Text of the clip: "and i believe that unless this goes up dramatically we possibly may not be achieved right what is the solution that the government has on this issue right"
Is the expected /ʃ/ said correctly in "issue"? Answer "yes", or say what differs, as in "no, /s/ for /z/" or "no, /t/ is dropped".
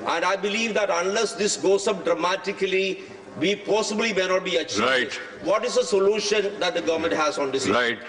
no, /ʃ/ is dropped